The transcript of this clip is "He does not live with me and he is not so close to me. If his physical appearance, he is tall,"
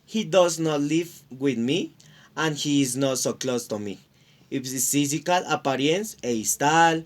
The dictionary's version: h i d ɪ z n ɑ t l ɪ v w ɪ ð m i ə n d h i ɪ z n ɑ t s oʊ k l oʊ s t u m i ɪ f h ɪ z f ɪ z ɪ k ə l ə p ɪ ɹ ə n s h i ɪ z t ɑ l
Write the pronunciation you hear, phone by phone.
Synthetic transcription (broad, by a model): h i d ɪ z n ɑ t l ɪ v w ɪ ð m i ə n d h i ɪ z n ɑ t s oʊ k l oʊ s t u m i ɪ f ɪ s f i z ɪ k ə l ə p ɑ ɹ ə n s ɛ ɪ s t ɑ l